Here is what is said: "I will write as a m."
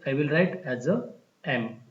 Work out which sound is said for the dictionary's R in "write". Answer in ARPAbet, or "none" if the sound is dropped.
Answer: R